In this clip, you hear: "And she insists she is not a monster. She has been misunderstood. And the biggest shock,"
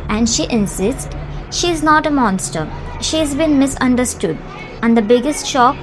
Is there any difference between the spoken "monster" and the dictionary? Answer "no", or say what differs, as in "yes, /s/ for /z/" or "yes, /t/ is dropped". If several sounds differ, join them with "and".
no